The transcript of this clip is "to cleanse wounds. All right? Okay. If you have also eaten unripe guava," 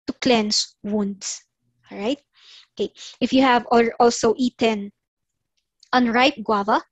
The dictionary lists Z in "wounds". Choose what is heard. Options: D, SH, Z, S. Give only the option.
S